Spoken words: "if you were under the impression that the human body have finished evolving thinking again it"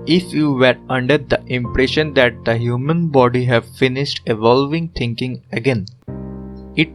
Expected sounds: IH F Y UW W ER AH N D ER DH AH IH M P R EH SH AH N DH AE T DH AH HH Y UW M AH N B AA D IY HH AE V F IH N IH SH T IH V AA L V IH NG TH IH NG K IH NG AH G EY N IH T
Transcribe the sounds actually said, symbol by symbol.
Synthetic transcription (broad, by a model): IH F Y UW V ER AH N D ER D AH IH M P R EH SH AH N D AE T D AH HH Y UW M AH N B AA D IY HH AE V F IH N IH SH T IH V AA L V IH NG T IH NG K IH NG AH G EY N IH T